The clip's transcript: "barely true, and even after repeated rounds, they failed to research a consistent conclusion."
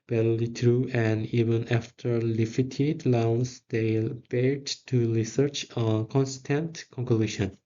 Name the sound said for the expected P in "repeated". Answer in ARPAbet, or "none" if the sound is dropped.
F